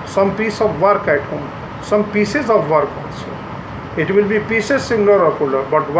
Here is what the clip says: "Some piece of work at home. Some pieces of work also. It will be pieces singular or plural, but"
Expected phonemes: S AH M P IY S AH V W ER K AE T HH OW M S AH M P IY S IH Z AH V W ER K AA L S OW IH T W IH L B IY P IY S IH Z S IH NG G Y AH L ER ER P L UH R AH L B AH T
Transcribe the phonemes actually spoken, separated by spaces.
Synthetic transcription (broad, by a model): S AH M P IY S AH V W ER K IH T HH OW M S AH M P IY S IH Z AH V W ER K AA N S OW IH T W IH L B IY P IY S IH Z S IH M L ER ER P UH L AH B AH T